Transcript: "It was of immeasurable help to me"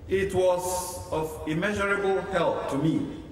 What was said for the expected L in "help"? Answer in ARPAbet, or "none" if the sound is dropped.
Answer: L